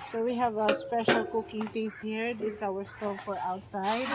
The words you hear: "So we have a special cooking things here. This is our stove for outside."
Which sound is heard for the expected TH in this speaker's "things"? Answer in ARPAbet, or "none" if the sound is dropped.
T